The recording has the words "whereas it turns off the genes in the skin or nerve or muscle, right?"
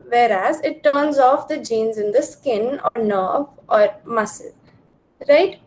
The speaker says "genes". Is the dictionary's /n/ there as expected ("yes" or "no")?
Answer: yes